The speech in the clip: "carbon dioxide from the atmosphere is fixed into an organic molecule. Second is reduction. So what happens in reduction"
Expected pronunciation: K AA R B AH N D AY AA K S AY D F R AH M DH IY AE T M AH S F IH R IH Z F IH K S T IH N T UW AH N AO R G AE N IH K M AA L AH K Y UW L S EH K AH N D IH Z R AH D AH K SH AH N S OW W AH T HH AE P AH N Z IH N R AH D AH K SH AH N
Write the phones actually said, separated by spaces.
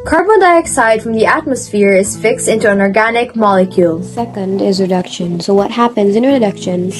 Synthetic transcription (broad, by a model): K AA R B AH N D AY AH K S AY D F R AH M DH IY AE T M AH S F IH R IH Z F IH K S T IH N T UW AH N AO R G AE N IH K M AA L AH K Y UW L S EH K AH N D IH Z R AH D AH K SH AH N S OW W AH T HH AE P AH N Z IH N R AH D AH K SH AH N